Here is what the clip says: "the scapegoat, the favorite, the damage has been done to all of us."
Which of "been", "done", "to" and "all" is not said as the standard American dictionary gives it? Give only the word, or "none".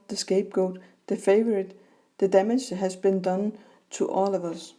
to